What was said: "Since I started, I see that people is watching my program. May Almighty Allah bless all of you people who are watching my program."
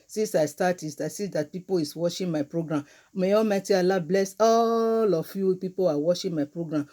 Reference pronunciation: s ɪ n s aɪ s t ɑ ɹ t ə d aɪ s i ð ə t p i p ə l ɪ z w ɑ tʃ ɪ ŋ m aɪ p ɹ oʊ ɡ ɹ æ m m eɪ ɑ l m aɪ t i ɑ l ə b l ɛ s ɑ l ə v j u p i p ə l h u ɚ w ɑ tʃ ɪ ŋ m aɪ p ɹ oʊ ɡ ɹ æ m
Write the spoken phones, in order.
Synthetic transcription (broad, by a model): s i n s aɪ s t ɑ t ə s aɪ s i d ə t p i p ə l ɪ s w ɑ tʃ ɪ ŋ m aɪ p ɹ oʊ ɡ ɹ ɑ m m eɪ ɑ m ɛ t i ɑ l ə b l ɛ s ɑ l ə f j u p i p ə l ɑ w ɑ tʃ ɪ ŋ m aɪ p ɹ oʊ ɡ ɹ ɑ m